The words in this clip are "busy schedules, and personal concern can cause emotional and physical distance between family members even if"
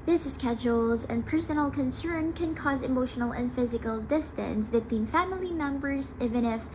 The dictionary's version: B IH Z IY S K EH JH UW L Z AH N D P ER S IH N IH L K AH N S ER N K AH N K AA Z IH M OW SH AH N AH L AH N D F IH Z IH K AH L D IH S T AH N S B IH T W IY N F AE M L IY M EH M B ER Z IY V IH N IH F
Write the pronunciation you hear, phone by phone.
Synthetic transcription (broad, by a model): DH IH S S K EH JH UW L Z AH N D P ER S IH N L K AH N S ER N K AH N K AA Z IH M OW SH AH N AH L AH N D F IH Z IH K AH L D IH S T AH N S B IH T W IY N F AE M L IY M EH M B ER Z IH V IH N IH F